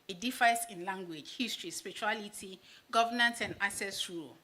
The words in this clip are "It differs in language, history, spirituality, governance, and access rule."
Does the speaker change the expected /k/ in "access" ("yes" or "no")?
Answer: yes